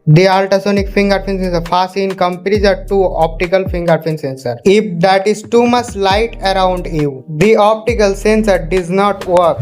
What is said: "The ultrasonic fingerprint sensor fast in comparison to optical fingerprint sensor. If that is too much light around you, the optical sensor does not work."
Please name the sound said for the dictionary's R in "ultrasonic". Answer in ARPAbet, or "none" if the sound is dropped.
none